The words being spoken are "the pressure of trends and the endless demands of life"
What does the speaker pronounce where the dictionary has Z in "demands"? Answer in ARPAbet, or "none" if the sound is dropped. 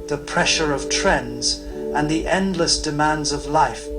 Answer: Z